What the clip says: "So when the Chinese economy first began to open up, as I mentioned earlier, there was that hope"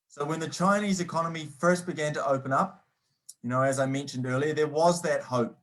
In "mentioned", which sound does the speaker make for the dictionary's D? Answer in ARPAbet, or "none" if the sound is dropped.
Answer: D